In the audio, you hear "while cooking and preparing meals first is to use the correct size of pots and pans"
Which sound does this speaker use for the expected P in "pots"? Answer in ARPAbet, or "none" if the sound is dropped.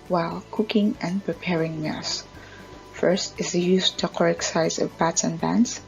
B